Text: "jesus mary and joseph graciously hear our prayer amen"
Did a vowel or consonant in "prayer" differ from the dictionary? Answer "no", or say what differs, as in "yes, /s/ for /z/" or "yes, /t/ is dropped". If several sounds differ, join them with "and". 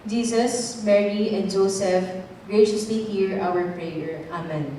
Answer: no